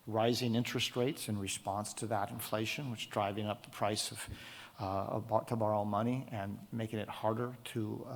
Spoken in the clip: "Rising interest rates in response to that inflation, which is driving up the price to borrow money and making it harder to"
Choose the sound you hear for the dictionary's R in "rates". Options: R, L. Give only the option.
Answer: R